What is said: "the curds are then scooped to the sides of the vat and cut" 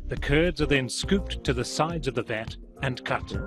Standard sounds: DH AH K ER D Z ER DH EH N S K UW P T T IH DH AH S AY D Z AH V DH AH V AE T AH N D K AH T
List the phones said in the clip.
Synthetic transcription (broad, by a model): DH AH K ER D Z ER DH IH N S K UW P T T IH DH AH S AY D Z AH V DH AH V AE T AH N K AH T